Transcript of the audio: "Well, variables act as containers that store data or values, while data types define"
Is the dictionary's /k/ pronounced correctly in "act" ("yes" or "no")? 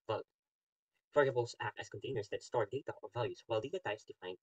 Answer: no